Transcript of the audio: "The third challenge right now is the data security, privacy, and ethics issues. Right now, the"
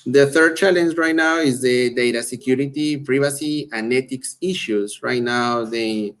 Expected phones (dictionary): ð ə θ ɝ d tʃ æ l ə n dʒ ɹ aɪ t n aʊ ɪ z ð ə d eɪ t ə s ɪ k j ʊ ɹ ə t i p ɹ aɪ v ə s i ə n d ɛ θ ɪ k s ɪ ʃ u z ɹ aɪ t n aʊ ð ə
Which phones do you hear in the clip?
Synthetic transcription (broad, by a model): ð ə θ ɝ d tʃ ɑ l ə n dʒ ɹ aɪ t n aʊ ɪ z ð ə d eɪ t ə s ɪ k j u ɹ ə t i p ɹ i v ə s i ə n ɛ t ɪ k s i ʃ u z ɹ aɪ t n aʊ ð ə